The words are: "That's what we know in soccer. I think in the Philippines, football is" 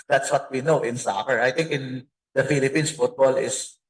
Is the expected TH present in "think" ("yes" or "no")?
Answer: no